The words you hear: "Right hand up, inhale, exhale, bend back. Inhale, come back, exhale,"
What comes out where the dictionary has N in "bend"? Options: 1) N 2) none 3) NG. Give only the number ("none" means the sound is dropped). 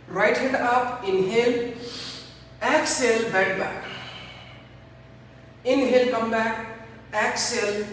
2